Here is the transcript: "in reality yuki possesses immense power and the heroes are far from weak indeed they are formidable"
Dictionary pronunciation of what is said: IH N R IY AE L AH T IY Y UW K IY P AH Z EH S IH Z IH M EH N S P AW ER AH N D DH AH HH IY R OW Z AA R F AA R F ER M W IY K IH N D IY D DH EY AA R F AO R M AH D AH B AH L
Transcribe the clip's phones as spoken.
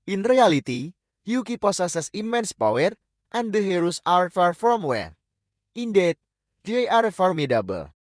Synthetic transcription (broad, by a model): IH N R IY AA L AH T IY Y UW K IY P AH S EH S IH S IH M EH N S P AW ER AH N D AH HH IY R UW S AA R F AA R F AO M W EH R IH N D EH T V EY AA R F AO R M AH D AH B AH L